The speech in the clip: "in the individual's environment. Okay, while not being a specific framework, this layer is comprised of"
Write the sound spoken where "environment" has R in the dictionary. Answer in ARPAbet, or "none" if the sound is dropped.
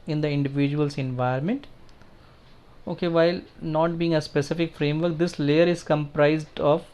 none